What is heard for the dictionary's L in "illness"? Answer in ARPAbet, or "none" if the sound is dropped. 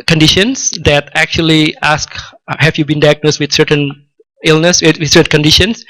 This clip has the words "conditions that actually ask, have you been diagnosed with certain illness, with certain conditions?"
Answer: L